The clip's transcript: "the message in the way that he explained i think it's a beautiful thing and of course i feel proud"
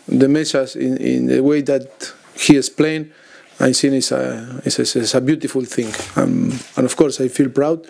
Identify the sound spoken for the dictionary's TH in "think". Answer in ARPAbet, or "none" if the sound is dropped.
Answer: S